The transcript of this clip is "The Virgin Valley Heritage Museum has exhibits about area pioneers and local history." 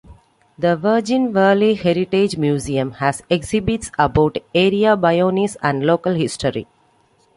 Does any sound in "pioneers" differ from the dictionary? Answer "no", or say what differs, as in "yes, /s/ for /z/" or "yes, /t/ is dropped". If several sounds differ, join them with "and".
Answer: yes, /b/ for /p/